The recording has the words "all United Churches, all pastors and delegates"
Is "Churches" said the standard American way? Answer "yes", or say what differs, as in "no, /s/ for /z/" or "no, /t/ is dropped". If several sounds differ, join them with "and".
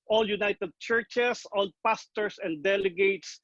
no, /s/ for /z/